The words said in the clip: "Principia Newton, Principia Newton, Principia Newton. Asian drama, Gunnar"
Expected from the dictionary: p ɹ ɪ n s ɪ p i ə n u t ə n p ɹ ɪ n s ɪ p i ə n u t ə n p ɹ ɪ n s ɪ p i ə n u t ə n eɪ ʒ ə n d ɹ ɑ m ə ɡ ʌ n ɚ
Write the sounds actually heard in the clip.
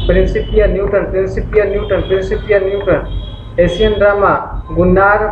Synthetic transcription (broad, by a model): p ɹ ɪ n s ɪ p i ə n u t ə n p ɹ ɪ n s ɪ p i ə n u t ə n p ɹ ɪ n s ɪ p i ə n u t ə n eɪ s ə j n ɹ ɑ m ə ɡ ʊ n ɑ